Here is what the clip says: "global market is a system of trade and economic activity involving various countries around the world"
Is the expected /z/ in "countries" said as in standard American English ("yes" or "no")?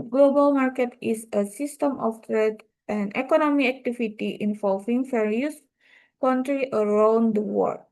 no